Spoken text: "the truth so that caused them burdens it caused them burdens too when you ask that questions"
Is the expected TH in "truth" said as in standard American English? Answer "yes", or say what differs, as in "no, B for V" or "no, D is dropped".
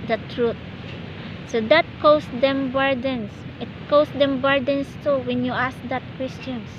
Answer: no, T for TH